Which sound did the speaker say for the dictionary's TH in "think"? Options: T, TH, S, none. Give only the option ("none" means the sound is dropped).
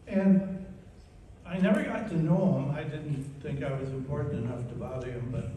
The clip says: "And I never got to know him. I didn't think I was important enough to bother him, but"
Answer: TH